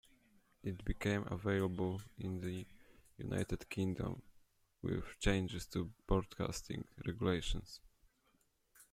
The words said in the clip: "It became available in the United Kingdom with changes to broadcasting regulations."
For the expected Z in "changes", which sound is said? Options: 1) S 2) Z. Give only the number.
1